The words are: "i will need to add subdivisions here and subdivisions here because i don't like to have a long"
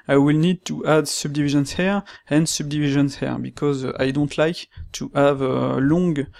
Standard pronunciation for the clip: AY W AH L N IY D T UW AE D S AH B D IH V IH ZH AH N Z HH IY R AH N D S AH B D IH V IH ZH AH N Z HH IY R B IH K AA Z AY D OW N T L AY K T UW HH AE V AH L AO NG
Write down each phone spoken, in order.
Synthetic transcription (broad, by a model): AY W AH L N IY D T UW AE D S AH B D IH V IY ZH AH N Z HH IY R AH N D S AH B D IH V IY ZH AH N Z HH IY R B IH K AA Z AY D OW N T L AY K T UW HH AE V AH L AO NG